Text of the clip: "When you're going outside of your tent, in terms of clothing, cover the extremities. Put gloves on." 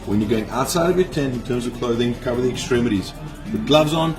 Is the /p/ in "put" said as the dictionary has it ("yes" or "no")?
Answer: no